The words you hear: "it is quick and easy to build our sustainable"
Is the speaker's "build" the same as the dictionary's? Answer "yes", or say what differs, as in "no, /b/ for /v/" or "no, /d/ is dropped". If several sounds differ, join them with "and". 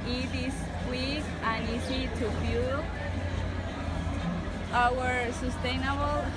no, /d/ is dropped